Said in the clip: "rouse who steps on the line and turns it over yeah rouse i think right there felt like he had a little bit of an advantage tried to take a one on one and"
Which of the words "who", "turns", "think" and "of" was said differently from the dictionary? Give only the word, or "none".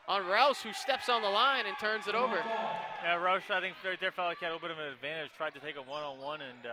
none